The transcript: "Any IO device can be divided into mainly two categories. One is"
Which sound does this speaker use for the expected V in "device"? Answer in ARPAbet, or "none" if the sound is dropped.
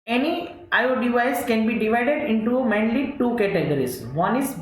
none